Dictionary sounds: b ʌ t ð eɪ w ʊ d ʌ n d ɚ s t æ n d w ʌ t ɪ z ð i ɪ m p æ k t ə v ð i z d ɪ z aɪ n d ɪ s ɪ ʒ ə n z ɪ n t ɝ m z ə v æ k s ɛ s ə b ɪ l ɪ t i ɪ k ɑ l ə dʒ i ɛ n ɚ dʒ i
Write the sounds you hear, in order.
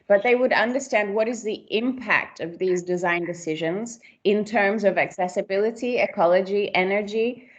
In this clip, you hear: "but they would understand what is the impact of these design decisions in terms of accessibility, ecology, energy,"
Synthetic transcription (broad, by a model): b ʌ t ð eɪ w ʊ d ʌ n d ɚ s t æ n d w ʌ t ɪ z ð i ɪ m p æ k t ə v ð i z d ɪ z aɪ n d ɪ s ɪ ʒ ə n z ɪ n t ɝ m z ə v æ k s ɛ s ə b ɪ l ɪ t i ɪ k ɑ l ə dʒ i ɛ n ɚ dʒ i